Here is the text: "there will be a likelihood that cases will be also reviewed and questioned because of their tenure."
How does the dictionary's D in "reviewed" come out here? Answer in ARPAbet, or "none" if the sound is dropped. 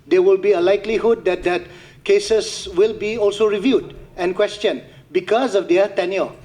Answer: D